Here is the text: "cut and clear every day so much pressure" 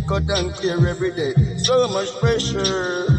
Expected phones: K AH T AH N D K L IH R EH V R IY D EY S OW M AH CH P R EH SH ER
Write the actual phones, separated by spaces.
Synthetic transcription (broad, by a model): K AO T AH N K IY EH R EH B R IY D EY S OW M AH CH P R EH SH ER